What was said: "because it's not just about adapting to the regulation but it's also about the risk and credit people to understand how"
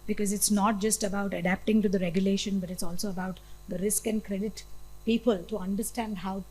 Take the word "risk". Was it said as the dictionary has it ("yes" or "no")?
yes